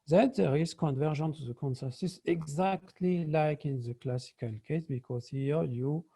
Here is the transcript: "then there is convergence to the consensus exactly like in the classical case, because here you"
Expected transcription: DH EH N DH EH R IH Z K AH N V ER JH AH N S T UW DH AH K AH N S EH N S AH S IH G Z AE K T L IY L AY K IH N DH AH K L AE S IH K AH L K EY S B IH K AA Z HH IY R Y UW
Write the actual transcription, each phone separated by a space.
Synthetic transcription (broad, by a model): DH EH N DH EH R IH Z K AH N V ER ZH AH N T UW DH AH K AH N S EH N S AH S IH G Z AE K T L IY L AY K IH N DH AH K L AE S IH K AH L K EY S B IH K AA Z HH IY R Y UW